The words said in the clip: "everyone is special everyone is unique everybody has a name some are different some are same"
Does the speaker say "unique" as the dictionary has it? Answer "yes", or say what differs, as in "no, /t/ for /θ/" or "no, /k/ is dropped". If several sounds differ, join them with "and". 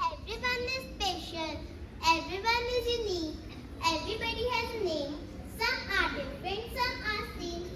no, /k/ is dropped